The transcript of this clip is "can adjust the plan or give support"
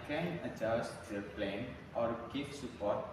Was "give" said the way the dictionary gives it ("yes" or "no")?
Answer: no